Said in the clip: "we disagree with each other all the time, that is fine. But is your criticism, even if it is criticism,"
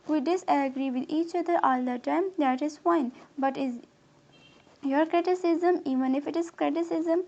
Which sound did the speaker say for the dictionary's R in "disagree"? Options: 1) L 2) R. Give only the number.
2